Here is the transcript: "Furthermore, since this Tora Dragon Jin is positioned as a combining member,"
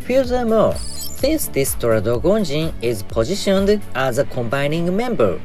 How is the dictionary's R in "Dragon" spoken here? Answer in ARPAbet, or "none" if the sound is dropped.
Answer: none